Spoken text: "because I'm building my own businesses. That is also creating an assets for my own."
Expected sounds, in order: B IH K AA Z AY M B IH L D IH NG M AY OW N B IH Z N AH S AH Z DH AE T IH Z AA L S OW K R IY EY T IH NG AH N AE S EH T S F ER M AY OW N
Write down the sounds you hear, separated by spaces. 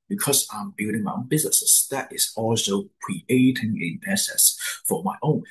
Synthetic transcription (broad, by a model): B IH K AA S AY M B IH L D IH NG M AY OW N B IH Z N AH S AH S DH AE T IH S AA L S OW K R IY EY T IH NG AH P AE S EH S F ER M AY OW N